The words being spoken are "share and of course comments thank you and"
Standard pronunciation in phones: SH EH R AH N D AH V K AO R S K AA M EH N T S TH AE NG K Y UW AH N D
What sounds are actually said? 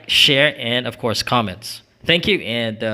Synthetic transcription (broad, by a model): SH EH R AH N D AH V K AO R S K AA M EH N T S TH AE NG K Y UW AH N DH